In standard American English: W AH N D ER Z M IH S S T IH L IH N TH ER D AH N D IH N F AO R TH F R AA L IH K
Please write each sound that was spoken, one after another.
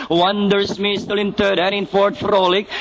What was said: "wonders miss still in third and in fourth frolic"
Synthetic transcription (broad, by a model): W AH N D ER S M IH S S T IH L IH N T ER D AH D IH N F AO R T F R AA L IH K